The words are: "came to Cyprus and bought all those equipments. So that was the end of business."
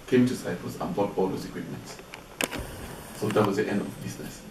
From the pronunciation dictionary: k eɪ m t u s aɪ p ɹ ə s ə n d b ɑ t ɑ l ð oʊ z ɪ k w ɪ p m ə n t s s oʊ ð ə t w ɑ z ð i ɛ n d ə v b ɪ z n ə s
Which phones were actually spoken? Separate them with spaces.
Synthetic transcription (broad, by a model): k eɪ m t u s aɪ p ə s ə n b ɑ t ɑ l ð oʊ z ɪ k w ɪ p m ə n t s s oʊ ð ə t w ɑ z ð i ɛ n d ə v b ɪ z n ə s